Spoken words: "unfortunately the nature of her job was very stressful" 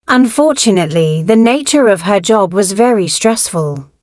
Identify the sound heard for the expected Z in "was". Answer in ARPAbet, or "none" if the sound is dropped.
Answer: Z